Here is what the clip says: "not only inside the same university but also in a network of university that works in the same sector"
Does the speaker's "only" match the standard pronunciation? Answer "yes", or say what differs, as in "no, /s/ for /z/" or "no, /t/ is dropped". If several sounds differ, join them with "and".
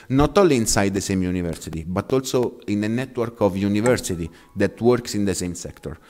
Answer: no, /n/ is dropped